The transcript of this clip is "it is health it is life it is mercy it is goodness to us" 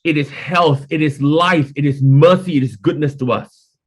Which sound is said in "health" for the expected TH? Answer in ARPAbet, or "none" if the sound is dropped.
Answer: TH